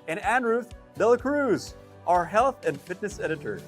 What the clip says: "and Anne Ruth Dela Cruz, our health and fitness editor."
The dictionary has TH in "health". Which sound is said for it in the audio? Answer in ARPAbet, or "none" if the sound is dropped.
TH